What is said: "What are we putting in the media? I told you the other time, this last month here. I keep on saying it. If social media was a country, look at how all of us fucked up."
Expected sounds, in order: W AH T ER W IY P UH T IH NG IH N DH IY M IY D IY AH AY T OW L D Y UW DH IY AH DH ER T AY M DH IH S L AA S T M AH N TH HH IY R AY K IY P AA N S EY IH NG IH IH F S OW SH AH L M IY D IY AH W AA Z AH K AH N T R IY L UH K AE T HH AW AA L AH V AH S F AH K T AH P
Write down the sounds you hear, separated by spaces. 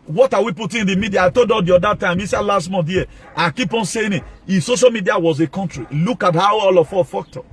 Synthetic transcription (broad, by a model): W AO T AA W IY P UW T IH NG IH N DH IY M IY D IY AH AY T OW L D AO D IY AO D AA T AY M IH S L AA S T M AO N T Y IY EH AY K IY P AA N S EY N IH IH S OW SH AH L M IY D IY AH W AA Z AH K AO N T R IY L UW K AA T HH AW AA L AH F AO F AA K T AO